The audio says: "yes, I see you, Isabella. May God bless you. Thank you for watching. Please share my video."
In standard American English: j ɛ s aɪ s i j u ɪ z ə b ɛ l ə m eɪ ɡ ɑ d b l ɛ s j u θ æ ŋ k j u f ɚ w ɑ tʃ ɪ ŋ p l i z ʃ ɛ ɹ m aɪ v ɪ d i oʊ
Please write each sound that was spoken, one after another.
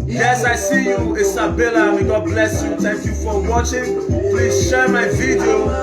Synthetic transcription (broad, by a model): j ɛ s aɪ s i j u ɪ s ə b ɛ l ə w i ɡ ɑ d b l ɛ s j u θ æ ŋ k j u f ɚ w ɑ tʃ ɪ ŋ p l i z ʃ ɛ ɹ m aɪ v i d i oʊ